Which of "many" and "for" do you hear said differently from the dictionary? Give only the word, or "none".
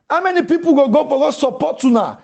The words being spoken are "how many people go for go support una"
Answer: for